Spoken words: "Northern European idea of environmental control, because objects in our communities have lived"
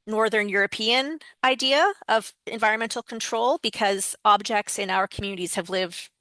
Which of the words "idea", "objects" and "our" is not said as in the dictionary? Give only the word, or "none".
none